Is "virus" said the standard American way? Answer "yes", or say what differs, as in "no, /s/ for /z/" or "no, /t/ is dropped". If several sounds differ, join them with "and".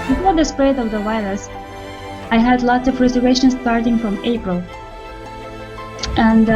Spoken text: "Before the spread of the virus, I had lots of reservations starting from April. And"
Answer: no, /w/ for /v/ and /l/ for /ɹ/